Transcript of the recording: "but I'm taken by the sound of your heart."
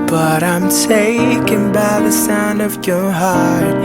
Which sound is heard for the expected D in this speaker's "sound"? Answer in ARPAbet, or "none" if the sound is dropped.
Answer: D